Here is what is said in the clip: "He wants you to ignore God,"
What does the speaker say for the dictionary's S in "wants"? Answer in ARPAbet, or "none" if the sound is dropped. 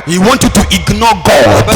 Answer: none